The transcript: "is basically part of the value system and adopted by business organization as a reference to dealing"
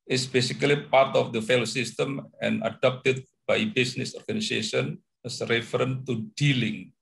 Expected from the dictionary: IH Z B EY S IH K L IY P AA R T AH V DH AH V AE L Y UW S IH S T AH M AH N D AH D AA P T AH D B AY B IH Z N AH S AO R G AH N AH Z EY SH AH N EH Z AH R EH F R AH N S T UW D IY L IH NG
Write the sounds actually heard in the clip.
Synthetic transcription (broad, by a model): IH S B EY S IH K L IY P AA R T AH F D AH F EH L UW S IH S T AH M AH N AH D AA P T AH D B AY B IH S N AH S AO R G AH N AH S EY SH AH N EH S R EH F R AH N T UW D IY L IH NG